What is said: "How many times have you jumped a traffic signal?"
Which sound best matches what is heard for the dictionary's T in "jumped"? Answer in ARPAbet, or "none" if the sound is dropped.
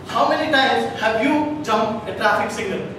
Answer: none